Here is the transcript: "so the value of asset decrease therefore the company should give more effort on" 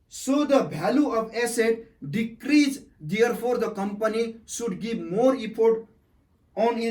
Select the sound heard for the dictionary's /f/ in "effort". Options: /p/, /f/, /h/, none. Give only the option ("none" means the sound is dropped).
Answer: /p/